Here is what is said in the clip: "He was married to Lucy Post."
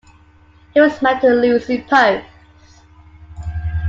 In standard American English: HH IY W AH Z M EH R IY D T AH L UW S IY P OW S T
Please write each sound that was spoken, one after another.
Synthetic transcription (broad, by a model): HH IY W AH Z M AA IY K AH L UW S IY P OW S